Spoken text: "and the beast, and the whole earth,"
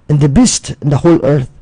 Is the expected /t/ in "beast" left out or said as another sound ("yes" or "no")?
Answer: no